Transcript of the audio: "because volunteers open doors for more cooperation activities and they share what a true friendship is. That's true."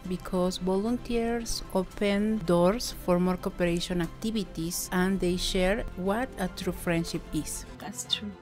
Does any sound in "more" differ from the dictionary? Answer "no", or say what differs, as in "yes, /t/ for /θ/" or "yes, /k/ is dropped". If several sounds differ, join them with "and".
no